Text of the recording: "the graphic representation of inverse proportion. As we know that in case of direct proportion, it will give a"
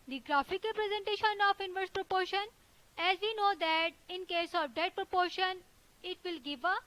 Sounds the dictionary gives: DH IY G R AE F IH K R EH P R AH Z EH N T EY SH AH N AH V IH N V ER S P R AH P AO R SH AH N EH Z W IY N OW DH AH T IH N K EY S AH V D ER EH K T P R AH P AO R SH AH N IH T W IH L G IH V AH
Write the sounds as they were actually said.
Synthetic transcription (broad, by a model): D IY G R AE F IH K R P R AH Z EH N T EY SH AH N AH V IH N V ER S P R AH P AO R SH AH N EH Z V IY N OW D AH T IH N K EY S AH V D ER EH T P R AH P AO R SH AH N IH T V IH L G IH V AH